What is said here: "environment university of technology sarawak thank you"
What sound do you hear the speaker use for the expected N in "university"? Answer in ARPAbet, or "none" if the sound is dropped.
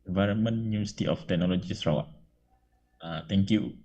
none